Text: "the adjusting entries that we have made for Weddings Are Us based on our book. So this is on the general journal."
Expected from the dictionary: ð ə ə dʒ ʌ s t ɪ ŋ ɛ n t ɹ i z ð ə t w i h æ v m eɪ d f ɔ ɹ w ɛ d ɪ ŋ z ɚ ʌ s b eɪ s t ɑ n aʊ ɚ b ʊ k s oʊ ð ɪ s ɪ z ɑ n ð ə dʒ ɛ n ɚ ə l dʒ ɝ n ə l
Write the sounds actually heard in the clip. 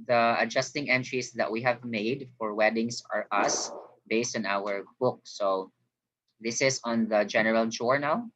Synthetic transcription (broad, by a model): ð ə ə dʒ ʌ s t ɪ ŋ ɛ n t ɹ i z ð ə t w i h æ v m eɪ d f ɔ ɹ w ɛ d ɪ ŋ s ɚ ʌ s b eɪ s t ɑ n aʊ ɚ b ʊ k s oʊ ð ɪ s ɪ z ɑ n ð ə dʒ ɛ n ɚ ə l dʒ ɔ n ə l